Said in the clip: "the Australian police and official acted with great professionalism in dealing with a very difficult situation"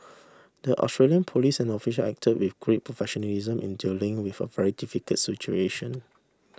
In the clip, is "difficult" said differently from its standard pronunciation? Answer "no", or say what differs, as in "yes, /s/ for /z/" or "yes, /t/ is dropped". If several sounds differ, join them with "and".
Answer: yes, /l/ is dropped